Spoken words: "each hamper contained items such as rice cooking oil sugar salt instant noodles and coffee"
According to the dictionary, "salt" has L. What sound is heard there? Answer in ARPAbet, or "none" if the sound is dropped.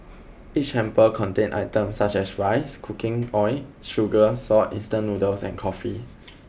none